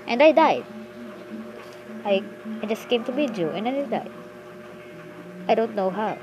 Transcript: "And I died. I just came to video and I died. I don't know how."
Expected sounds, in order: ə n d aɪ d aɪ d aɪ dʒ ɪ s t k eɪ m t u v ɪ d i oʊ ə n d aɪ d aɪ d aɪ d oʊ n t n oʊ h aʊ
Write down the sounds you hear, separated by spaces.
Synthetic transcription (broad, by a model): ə n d aɪ d aɪ d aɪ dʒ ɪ s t k eɪ m t u b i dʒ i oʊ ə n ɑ aɪ d aɪ d aɪ d oʊ n t n oʊ h aʊ